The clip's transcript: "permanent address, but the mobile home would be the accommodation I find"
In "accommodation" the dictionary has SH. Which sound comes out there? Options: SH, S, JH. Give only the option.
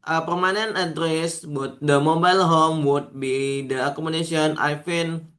S